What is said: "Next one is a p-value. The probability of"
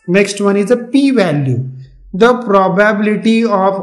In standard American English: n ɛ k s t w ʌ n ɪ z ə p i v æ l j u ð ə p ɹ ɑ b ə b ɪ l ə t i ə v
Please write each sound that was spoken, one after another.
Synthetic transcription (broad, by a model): n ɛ k s t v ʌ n ɪ z ə p i v æ l j u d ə p ɹ ɑ b ə b ɪ l ə t i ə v